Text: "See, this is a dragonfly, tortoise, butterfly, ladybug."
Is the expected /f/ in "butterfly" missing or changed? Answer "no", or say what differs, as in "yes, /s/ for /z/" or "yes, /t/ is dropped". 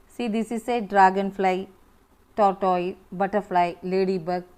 yes, /p/ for /f/